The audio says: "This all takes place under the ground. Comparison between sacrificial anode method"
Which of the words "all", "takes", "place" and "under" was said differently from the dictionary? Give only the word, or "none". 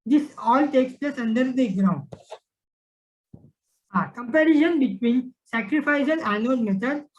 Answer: none